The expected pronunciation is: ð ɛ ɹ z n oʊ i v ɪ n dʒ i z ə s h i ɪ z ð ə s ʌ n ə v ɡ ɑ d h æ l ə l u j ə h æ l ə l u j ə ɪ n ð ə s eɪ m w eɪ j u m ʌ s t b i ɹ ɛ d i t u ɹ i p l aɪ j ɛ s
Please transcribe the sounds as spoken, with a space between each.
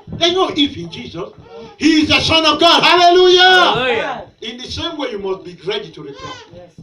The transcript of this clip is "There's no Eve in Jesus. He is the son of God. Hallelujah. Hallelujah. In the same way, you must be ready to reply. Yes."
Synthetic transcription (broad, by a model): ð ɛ n oʊ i f ɪ n dʒ i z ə s h i ɪ z ð ə s ʌ n ə v ɡ ɑ d h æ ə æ l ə l u j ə ɪ n ð ə s eɪ m w eɪ j u m ʌ s t b i ɹ ɛ d i t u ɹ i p aɪ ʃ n